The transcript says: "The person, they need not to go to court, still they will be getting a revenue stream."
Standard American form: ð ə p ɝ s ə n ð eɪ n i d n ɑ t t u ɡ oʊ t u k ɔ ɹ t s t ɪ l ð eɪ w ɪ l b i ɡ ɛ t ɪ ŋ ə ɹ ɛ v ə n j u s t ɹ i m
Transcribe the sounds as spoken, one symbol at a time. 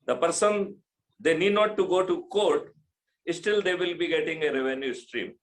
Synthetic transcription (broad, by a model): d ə p ɝ s ə n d eɪ n i d n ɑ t t u ɡ oʊ t u k ɔ ɹ t s t ɪ l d eɪ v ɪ l b i ɡ ɛ t ɪ ŋ ə ɹ ɛ v ə n j u s t ɹ i m